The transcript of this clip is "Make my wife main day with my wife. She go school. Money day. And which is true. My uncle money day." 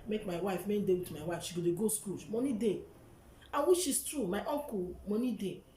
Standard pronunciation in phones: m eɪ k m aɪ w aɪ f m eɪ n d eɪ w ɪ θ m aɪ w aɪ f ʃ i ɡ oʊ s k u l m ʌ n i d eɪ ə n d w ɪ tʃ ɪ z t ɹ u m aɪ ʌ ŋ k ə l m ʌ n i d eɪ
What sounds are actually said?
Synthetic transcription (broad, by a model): m eɪ k m aɪ w aɪ f m eɪ n d eɪ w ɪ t m aɪ w aɪ f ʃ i ɡ oʊ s k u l m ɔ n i d eɪ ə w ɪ ʃ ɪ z t ɹ u m aɪ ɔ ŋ k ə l m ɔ n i d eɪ